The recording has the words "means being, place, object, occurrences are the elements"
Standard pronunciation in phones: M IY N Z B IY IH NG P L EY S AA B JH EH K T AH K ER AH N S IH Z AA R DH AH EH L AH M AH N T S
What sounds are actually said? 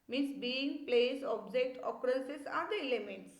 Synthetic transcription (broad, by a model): M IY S B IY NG P L EY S AA B JH EH K T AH K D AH L S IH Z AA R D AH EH L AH M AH N T S